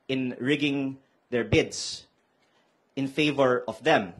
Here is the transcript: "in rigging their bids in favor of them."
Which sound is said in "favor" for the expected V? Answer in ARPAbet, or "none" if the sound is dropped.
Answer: V